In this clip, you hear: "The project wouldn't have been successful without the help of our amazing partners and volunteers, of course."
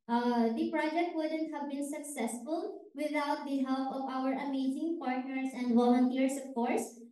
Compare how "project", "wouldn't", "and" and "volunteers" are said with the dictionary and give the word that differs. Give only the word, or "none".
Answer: volunteers